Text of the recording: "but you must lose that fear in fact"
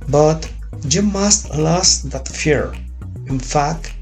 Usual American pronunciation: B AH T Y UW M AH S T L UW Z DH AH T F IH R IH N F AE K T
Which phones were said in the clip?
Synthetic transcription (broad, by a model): B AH T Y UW M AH S T L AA S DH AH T F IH R IH N F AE K T